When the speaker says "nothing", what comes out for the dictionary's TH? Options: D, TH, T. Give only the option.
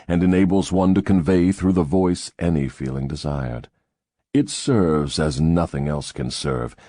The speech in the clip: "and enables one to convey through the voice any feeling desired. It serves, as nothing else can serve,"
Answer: TH